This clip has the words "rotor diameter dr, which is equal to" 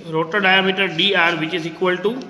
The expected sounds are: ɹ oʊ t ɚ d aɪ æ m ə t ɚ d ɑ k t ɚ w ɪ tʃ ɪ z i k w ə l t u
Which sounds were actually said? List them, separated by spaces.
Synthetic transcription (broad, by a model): ɹ oʊ t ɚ d aɪ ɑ m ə t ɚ d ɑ t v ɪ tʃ ɪ z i k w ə l t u